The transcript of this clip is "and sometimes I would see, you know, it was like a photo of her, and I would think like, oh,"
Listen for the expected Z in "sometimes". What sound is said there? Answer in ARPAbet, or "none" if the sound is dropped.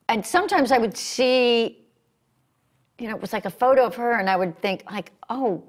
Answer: Z